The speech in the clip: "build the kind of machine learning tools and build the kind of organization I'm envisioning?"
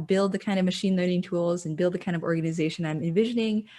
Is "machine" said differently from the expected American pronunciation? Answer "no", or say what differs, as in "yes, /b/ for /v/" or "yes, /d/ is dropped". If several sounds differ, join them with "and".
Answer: no